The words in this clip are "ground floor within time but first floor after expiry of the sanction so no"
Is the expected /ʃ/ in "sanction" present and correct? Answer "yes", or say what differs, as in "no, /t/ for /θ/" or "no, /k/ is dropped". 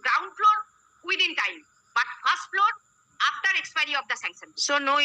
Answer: no, /s/ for /ʃ/